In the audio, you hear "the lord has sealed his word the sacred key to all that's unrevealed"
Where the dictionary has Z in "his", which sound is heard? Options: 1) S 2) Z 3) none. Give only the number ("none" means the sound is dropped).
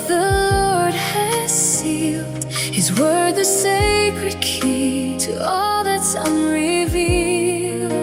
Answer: 2